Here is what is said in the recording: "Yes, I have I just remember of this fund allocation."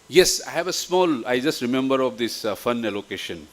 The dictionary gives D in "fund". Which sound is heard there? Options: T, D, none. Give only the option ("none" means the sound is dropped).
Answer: none